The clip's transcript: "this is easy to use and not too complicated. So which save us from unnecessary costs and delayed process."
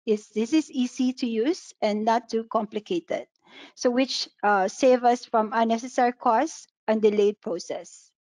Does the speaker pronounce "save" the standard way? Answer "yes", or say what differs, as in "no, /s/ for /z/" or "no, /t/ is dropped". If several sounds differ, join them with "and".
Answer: yes